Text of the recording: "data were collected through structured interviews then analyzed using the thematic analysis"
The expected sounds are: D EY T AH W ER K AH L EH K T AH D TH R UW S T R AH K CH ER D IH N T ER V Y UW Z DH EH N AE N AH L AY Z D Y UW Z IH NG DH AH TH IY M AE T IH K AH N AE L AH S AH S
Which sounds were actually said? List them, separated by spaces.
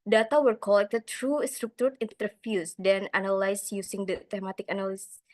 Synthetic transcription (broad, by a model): D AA T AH W ER K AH L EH K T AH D T R UW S T R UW K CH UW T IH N T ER F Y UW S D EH N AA N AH L AY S Y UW S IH NG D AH T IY M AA T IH K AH N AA L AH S S